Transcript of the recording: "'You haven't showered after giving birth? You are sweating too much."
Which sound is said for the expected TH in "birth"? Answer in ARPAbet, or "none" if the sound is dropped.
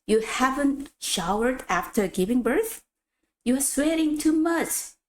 TH